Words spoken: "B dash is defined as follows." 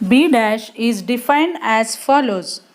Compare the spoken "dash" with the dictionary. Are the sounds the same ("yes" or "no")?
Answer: yes